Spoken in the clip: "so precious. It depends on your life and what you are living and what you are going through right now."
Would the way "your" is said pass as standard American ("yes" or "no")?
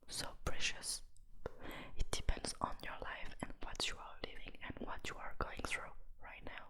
yes